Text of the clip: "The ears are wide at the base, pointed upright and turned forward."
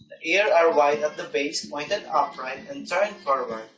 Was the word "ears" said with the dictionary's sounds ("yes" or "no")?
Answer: no